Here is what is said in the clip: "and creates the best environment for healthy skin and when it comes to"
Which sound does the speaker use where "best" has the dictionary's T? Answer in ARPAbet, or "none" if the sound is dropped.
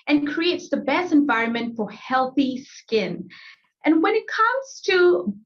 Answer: T